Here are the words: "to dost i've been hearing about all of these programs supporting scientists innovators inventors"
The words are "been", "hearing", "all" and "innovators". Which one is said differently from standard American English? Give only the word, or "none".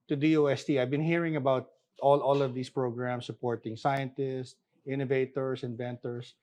innovators